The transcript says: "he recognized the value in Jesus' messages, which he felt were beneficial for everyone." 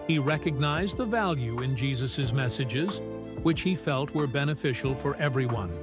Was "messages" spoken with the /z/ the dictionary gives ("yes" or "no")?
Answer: yes